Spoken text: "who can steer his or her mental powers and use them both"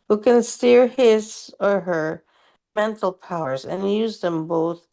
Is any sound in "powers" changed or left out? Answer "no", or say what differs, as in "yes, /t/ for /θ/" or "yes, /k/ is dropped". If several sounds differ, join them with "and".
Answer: no